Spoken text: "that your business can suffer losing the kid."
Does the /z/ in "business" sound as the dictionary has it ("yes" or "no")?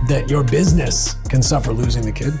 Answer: yes